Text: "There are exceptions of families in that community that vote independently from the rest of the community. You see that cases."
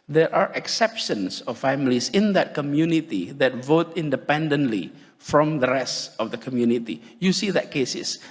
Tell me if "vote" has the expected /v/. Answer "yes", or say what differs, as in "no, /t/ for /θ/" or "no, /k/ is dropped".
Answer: yes